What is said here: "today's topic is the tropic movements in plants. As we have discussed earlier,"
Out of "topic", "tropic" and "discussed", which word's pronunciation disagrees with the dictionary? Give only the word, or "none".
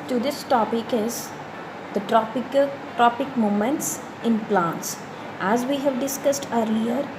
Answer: none